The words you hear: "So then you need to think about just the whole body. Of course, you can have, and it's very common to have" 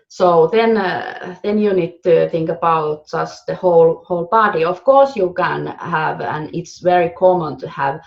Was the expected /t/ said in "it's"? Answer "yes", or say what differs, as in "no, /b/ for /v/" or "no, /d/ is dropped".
yes